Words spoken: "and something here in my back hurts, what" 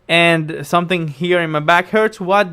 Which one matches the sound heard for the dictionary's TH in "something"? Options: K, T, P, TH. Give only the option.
TH